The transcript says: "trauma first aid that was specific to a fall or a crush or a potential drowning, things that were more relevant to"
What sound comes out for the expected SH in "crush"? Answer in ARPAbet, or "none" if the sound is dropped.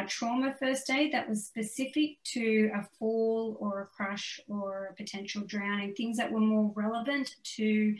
SH